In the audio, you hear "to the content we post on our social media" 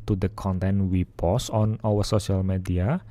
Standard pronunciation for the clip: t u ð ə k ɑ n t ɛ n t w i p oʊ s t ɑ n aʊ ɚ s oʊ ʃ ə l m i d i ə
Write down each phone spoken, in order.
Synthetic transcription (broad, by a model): t u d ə k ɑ n t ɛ n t w i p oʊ s ɑ n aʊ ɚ s oʊ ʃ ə l m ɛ d i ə